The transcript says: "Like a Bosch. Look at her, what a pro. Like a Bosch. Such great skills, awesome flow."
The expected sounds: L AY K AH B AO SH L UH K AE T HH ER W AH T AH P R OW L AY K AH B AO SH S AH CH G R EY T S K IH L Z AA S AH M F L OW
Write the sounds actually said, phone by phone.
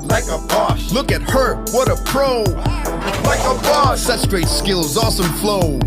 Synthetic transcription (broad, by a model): L AY K AH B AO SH L UH K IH T HH ER W AH T AH P R OW L AY K AH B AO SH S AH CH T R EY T S K IH L Z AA S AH M F L OW